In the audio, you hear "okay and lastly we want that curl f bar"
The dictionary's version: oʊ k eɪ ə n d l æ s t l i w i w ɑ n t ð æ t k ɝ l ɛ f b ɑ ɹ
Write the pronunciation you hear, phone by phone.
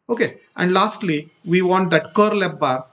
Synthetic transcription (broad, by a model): oʊ k eɪ ə n d l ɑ s t l i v i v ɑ n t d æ t k ɝ l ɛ p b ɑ ɹ